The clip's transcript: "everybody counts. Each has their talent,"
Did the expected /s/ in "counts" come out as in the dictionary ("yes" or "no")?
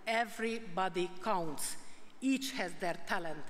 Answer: yes